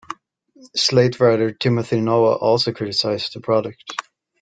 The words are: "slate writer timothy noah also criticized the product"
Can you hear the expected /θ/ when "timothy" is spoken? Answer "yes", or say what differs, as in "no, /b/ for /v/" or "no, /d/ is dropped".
yes